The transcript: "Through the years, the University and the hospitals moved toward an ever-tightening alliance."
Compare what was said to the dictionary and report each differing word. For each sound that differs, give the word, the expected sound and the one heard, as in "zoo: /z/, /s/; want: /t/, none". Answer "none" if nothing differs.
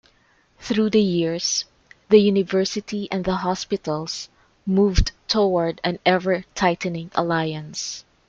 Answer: hospitals: /z/, /s/